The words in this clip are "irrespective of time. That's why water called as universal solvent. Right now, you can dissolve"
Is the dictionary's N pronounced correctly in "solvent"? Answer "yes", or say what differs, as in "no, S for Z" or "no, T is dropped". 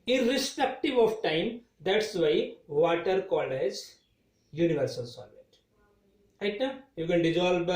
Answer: no, N is dropped